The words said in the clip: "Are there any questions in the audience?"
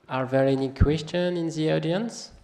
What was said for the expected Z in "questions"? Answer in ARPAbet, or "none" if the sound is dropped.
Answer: none